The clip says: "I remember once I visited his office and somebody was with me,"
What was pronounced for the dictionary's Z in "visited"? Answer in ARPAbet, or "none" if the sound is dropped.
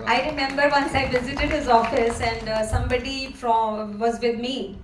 Z